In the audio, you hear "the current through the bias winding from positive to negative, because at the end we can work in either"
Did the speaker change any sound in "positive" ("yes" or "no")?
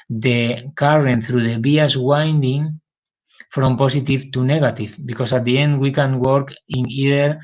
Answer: yes